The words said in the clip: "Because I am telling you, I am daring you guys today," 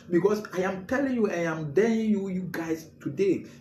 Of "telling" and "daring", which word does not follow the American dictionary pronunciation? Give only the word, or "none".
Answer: daring